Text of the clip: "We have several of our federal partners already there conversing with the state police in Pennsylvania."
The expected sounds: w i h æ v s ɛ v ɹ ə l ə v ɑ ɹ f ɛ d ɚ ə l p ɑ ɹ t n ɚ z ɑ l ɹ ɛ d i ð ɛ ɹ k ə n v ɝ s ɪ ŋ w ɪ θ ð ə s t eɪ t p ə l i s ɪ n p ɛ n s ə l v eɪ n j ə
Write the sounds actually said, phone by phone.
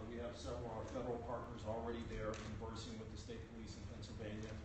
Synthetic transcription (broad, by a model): w i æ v s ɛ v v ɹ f ɛ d ɚ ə l p ɑ ɹ t n ɚ z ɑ l ɹ ɛ d i ð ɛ ɹ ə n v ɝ s ɪ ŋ w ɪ ð ə s t eɪ t p ə l i s ɪ n p ɛ n s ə l v eɪ n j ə